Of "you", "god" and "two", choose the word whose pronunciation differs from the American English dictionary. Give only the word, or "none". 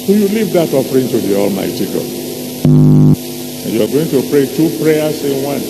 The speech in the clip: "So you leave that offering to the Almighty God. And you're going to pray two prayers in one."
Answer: god